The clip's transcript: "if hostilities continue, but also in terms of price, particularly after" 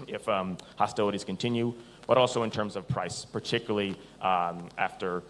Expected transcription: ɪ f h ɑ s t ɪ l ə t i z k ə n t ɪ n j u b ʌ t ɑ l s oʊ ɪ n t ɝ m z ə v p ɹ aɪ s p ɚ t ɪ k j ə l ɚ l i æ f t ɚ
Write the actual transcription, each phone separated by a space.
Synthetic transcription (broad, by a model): ɪ f h ɑ s t ɪ l ə t i z k ə n t ɪ n j u b ʌ t ɑ l s oʊ ɪ n t ɝ m z ə v p ɹ aɪ s p ɚ t ɪ k j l l i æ f t ɚ